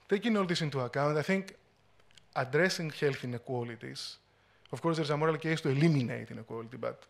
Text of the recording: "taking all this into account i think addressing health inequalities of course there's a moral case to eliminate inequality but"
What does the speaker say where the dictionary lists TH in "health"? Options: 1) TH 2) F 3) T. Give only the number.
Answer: 1